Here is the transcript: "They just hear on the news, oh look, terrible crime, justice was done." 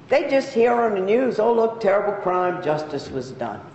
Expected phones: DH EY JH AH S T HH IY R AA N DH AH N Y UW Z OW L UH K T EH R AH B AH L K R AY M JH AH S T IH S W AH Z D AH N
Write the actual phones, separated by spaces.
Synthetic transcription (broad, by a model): DH EY JH AH S T HH IY R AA N DH AH N Y UW Z OW L UH K T EH R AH B L K R AY M JH AH S T IH S W AH Z D AH N